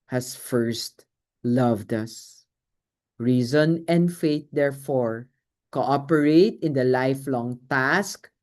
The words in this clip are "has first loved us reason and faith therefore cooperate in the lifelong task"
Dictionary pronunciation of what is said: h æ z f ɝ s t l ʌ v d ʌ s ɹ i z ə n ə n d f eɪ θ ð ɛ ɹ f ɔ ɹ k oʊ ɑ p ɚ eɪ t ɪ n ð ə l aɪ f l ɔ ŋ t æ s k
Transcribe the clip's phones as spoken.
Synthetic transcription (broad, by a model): h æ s f ɝ s t l ʌ v d ʌ s ɹ i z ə n ə n d f eɪ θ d ɛ ɹ f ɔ ɹ k oʊ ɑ p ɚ eɪ t ɪ n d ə l aɪ f l ɔ ŋ t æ s k